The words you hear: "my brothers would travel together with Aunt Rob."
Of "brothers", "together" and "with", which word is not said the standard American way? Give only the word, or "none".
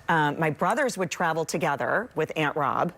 none